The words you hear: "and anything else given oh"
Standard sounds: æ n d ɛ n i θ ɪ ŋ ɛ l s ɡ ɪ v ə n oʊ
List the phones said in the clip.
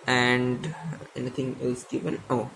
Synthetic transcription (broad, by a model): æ n d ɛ n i t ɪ ŋ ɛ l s ɡ ɪ v ə n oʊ